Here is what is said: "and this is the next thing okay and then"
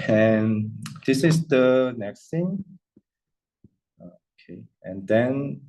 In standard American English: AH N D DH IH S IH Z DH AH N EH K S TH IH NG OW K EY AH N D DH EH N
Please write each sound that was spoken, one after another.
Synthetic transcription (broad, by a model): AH N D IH S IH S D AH N EH K S T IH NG OW K EY AH N D EH N